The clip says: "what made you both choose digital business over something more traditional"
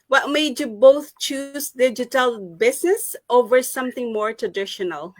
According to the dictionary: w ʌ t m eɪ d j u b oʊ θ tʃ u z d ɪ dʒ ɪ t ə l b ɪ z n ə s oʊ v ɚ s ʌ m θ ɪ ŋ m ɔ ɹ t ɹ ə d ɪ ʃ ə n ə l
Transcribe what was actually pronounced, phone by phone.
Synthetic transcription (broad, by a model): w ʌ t m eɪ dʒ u b oʊ θ tʃ u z d ɪ dʒ ɪ t ə l b ɪ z n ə s oʊ v ɚ s ʌ m θ ɪ ŋ m ɔ ɹ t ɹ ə d ɪ ʃ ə n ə l